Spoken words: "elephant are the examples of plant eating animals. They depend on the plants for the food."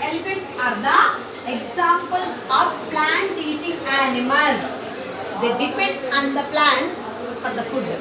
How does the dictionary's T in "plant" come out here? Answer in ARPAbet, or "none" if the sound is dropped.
T